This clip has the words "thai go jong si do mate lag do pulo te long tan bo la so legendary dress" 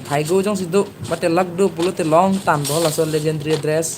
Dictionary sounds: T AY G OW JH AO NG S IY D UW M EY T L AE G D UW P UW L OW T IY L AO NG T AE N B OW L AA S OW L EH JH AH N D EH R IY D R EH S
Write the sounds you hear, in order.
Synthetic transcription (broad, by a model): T AY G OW JH AO NG S IY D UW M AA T L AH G D UW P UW L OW T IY L AO NG T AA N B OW L AA S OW L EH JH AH N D R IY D R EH S